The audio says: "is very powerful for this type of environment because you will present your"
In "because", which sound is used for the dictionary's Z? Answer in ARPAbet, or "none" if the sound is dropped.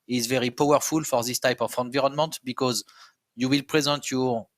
Z